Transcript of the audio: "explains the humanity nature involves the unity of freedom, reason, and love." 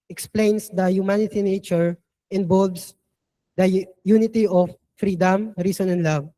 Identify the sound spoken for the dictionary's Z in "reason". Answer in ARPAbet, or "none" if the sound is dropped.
S